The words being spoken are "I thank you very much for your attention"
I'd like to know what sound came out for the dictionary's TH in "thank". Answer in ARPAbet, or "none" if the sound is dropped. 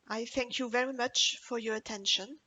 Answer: TH